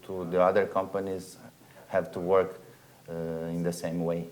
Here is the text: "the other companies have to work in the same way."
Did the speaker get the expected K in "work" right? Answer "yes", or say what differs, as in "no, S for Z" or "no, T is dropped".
yes